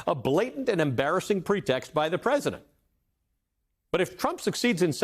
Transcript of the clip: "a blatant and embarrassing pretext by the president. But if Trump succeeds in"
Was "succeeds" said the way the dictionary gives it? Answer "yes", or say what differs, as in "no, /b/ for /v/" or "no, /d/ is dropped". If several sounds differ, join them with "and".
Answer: yes